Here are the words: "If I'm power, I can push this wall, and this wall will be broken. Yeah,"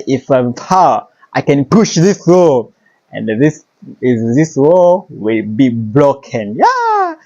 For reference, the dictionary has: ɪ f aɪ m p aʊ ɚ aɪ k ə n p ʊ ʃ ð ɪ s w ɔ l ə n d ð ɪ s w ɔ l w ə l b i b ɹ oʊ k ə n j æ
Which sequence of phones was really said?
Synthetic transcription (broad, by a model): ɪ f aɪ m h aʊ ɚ aɪ k ə n p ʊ ʃ ð ɪ s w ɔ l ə n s ð ɪ s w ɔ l w ə l b i b l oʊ k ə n j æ